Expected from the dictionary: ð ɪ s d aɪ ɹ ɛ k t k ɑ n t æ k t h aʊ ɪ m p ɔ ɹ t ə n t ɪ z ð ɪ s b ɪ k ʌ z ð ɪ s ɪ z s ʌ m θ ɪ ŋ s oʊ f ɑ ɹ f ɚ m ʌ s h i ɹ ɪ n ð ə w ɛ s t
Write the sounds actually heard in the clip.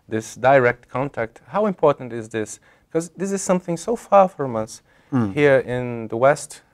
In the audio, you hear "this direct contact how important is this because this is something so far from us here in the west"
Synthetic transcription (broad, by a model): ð ɪ s d aɪ ɹ ɛ k t k ɑ n t æ k t h aʊ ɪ m p ɔ ɹ t n t ɪ z ð ɪ s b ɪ k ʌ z ð ɪ s ɪ z s ʌ m θ ɪ ŋ s oʊ f ɑ ɹ f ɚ m ʌ s h i ɹ ɪ n ð ə w ɛ s t